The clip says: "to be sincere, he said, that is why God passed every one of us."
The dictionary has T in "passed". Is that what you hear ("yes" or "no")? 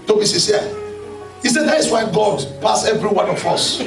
no